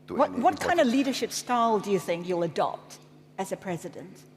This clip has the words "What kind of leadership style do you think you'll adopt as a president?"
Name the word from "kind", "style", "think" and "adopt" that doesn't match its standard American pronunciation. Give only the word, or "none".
none